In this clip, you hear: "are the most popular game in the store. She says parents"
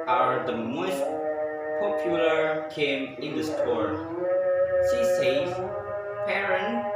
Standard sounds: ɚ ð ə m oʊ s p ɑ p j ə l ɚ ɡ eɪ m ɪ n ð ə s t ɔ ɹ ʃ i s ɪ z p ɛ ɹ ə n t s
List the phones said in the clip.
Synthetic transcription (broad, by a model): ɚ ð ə m oʊ s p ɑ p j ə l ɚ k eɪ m ɪ n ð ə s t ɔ ɹ s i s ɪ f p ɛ ɹ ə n